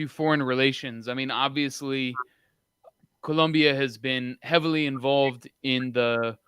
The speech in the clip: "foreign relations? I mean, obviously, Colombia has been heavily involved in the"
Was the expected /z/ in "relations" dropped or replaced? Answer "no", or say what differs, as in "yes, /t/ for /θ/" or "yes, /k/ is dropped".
no